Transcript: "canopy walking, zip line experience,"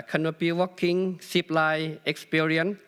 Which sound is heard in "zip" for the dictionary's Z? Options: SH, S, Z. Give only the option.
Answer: S